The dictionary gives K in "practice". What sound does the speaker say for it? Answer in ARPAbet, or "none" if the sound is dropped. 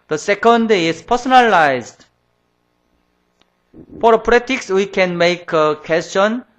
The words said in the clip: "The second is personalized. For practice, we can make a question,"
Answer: none